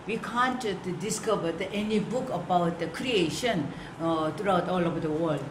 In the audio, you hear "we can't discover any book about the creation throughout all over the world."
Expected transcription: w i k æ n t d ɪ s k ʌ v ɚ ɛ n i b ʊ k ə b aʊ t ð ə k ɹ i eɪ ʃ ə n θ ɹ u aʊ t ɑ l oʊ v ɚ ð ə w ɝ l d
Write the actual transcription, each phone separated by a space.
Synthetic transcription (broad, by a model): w i k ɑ n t d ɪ s k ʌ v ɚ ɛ n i b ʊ k ə b aʊ t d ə k ɹ i eɪ ʃ ə n t ɹ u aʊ t ɑ l oʊ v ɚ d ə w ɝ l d